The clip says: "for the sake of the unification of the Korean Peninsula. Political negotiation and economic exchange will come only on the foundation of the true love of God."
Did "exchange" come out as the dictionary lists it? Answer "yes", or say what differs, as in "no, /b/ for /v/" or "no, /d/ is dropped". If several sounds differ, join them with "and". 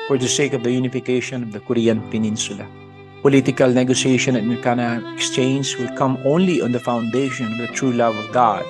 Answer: no, /z/ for /dʒ/